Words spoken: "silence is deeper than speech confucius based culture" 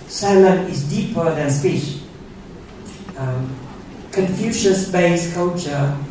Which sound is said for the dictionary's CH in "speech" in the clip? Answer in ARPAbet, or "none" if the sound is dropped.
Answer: SH